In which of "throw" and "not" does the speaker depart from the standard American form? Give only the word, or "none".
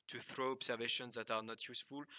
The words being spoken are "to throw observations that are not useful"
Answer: none